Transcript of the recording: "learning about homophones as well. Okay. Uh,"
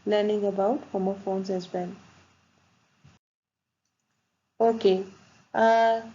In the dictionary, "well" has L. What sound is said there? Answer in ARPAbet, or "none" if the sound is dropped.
N